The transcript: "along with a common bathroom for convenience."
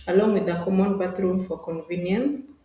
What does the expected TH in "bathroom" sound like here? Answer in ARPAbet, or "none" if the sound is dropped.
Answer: T